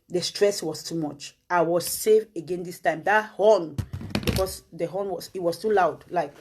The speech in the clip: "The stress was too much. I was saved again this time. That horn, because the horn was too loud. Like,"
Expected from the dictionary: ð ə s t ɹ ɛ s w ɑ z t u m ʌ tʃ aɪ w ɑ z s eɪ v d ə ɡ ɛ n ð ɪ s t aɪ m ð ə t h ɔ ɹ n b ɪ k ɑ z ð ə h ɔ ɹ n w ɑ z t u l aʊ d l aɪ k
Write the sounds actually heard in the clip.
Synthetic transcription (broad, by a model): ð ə s t ɹ ɛ s w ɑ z t u m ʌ tʃ aɪ w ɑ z s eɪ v ə ɡ ɛ n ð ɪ s t aɪ m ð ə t h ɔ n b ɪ k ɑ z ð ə h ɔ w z w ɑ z t u l aʊ d l aɪ k